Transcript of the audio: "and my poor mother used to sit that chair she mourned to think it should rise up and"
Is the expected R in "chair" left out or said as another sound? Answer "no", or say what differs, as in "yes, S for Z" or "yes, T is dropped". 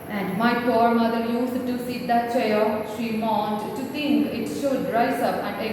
yes, L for R